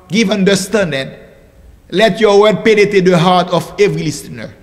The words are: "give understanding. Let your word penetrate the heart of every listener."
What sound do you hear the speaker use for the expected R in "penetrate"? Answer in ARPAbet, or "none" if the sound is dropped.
none